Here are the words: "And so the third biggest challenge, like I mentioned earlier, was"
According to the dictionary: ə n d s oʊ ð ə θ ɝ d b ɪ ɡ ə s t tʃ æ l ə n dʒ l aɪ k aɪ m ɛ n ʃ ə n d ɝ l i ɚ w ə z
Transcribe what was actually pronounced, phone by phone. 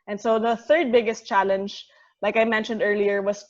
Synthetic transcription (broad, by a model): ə n s oʊ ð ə θ ɝ d b ɪ ɡ ə s t tʃ æ l ə n dʒ l aɪ k aɪ m ɛ n ʃ ə n d ɝ l i ɚ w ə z